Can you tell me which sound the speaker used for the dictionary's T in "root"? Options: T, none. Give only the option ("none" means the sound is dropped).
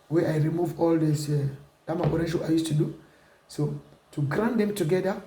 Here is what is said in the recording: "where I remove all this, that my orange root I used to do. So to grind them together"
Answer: none